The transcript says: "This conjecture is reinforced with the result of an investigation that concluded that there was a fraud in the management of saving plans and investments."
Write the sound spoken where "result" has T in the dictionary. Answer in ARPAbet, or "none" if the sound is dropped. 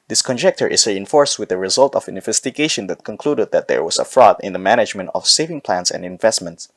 T